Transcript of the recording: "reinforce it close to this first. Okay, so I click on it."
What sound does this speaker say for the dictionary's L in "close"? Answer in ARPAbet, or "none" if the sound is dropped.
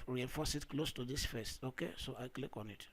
L